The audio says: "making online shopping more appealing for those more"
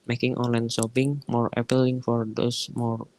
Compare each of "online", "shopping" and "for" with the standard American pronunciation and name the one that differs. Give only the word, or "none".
shopping